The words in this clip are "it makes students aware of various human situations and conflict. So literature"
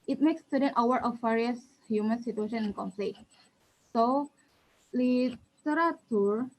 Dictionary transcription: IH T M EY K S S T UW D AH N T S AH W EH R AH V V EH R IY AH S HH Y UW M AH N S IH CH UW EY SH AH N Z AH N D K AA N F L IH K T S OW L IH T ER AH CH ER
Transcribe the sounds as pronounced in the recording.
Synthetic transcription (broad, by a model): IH T M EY K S S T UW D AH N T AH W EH R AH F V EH R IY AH S HH Y UW M AH N S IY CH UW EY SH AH N AH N K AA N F L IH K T S OW L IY T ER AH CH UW